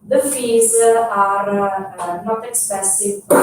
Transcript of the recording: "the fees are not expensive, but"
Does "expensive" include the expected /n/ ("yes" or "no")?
no